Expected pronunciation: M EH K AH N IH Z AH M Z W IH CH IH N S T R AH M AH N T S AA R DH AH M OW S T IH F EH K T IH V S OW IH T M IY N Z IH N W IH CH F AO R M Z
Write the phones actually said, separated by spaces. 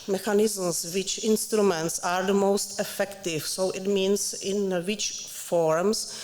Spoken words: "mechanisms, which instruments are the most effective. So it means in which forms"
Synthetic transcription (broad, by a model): M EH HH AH N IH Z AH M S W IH CH IH N S T R AH M AH N T S AA R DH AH M OW S T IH F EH K T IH F S OW IH T M IY N S IH N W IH CH F AO R M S